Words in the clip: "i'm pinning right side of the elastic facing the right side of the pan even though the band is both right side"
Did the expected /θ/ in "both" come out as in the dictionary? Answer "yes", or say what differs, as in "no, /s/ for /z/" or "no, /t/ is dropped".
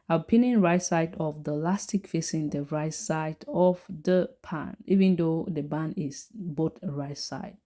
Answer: no, /t/ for /θ/